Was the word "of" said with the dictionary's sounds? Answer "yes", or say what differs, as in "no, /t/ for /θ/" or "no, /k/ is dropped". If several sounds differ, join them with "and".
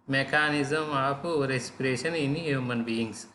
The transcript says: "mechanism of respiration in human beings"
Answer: no, /p/ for /v/